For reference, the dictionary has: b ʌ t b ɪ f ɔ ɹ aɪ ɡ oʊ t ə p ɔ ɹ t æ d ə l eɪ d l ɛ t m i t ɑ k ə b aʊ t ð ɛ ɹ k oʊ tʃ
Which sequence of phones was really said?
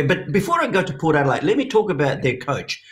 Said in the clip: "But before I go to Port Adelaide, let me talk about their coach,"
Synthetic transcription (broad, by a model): b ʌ t b ɪ f ɔ ɹ aɪ ɡ oʊ t ə p ɔ ɹ t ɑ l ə ɪ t l ɛ t m i t ɑ k ə b aʊ t ð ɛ ɹ k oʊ tʃ